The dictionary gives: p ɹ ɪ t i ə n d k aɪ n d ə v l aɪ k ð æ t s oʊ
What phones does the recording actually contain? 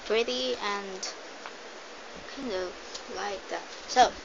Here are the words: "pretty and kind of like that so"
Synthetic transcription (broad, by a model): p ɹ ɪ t i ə n k aɪ n d ə v l aɪ k ð æ t s oʊ